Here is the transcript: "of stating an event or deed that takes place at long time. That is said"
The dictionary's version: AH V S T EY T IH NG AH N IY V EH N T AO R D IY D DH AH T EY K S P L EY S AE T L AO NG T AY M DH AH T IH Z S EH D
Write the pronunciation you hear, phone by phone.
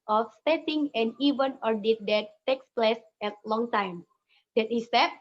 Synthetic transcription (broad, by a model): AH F S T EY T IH NG AH N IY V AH N AO R D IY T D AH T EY K S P L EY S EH T L AO NG T AY M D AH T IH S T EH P